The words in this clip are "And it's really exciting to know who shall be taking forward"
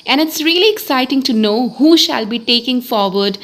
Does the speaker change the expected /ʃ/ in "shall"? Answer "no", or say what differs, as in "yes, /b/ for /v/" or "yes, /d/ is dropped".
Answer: no